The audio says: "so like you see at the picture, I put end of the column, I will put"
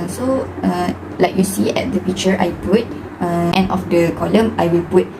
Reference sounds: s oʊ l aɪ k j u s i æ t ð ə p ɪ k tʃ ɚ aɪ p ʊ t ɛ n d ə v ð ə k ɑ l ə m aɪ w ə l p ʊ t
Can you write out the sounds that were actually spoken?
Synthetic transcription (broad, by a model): s oʊ l aɪ k j u s i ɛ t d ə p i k tʃ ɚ aɪ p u t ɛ n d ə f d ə k ɑ l ə m aɪ w ə l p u t